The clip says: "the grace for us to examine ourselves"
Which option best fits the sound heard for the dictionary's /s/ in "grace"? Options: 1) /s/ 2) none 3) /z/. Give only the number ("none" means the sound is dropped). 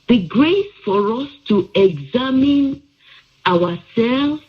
1